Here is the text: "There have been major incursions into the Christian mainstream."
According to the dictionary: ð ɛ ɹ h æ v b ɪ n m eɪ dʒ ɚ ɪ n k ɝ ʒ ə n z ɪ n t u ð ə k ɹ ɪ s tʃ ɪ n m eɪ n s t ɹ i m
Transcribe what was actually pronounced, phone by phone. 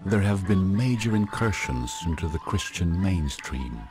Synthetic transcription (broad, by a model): ð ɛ ɹ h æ v b ɪ n m eɪ dʒ ɚ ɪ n k ɝ ʃ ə n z ɪ n t u ð ə k ɹ ɪ s tʃ ɪ n m eɪ n s t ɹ i m